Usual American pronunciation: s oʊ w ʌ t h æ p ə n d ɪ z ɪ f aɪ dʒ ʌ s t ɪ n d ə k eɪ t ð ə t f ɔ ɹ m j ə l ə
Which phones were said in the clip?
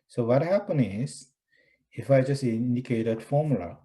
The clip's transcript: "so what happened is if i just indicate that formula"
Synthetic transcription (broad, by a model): s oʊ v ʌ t h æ p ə n ɪ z ɪ f aɪ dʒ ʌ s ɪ n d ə k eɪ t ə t f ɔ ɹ m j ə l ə